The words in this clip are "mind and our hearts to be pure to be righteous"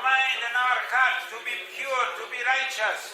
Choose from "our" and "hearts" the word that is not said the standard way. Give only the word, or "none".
hearts